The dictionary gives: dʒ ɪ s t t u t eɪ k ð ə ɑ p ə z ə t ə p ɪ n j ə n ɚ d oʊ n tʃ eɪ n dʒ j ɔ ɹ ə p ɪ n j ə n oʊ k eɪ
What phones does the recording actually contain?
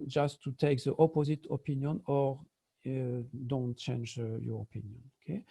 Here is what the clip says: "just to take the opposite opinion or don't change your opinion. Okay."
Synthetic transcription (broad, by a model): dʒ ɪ s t t u t eɪ k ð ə ɑ p ə z ə t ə p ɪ n j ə n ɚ d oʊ n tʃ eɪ n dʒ j ɔ ɹ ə p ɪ n j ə n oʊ k eɪ